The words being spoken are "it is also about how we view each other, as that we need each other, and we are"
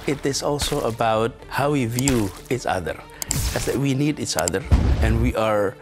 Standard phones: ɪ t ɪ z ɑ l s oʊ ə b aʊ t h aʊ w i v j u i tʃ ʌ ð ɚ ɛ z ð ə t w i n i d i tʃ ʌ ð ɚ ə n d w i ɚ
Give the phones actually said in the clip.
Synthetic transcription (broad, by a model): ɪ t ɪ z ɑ l s oʊ ə b aʊ t h aʊ w i v j u i tʃ ʌ ð ɚ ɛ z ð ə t w i n i d i tʃ ʌ ð ɚ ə n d w i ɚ